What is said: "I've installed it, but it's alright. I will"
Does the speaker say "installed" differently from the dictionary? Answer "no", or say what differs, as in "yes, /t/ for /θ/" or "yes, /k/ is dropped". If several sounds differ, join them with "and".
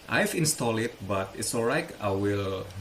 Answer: yes, /d/ is dropped